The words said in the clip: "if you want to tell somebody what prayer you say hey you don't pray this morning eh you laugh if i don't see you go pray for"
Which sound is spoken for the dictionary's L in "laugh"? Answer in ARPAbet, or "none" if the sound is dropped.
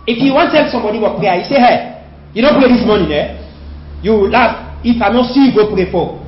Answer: W